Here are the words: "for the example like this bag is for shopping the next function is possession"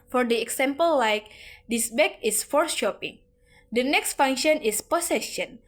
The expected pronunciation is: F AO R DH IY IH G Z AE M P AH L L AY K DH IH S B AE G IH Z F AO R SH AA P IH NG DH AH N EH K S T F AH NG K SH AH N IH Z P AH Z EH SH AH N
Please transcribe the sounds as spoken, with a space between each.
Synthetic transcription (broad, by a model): F AO R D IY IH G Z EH M P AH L L AY K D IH S B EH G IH S F AO R SH AA P IH NG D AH N EH K S T F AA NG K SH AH N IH S P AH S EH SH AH N